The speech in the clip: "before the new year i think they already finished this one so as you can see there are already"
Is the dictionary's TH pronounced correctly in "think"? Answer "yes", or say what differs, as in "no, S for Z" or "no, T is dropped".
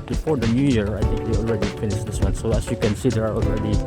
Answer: no, T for TH